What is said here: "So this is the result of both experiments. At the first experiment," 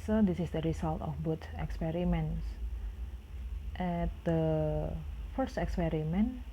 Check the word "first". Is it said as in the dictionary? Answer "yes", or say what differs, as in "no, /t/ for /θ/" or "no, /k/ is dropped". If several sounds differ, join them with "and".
yes